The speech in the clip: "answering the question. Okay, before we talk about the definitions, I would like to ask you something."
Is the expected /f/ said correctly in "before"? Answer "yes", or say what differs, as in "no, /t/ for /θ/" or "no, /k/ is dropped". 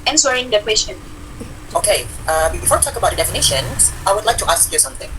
yes